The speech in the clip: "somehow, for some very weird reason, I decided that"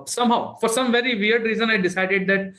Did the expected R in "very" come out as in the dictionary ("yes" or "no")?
yes